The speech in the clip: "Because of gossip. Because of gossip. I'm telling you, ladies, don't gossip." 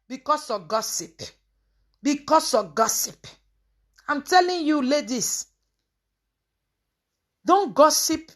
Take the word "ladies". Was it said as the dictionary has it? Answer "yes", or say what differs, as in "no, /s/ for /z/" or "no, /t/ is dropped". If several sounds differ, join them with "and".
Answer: no, /s/ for /z/